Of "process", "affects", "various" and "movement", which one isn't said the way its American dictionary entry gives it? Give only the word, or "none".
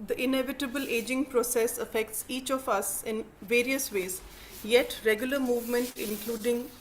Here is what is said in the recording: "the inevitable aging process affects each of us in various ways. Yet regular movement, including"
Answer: none